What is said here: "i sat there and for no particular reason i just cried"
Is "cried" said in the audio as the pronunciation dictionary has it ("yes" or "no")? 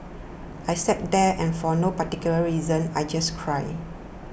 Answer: no